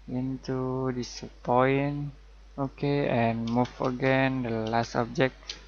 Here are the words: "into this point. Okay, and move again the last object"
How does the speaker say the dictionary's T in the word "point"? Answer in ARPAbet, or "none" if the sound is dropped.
none